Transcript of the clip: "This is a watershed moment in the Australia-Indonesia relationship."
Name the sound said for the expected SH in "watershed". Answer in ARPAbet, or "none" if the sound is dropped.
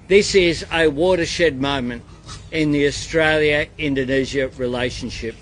SH